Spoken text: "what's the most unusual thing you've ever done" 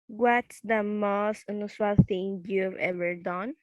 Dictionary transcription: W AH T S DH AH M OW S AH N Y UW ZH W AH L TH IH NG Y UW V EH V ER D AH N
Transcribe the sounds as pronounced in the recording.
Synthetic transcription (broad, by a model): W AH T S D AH M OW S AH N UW S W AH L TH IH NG Y UW V EH V ER D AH N